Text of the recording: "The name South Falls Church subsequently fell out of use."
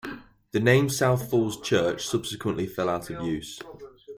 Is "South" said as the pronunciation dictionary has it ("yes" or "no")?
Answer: yes